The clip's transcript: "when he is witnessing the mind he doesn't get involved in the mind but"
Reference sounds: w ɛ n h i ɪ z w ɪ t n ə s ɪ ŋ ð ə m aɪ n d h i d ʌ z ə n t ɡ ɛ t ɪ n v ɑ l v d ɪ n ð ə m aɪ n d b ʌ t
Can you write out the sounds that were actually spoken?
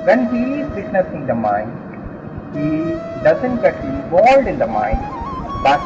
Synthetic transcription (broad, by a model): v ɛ n h i ɪ z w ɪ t n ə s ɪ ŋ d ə m aɪ n d h i d ʌ z ə n t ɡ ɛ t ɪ v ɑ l d ɪ n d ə m aɪ n d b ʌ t